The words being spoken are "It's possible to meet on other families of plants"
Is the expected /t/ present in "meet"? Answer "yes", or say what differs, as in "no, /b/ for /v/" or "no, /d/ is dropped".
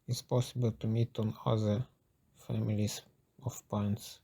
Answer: yes